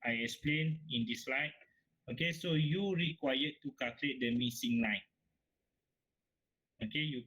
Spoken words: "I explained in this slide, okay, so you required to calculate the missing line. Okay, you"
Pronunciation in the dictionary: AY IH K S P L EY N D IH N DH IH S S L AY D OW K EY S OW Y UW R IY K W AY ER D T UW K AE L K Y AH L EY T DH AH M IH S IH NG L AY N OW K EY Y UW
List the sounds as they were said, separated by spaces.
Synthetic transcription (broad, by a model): AY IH K S P L EY N IH N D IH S S L AY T OW K EY S OW Y UW R IY K W AY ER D T UW K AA L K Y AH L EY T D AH M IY S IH NG L AY N OW K EY Y UW